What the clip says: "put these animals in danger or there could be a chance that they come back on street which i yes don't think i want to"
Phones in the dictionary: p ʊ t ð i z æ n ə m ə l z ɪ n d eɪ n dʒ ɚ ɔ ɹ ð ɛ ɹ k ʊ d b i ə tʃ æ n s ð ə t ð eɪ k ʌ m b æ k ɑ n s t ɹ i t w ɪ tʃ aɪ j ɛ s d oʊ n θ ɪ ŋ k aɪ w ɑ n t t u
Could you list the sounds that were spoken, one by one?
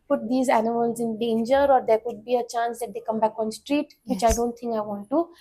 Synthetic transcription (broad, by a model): p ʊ t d i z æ n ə m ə l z ɪ n d eɪ n dʒ ɚ ɔ ɹ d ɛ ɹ k ʊ d b i ə tʃ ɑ n s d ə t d eɪ k ʌ m b æ k ɑ n s t ɹ i t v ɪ tʃ aɪ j d oʊ n t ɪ ŋ k aɪ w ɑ n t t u